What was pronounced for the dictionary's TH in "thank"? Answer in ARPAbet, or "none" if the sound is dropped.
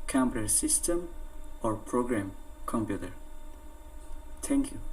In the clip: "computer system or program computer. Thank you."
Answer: T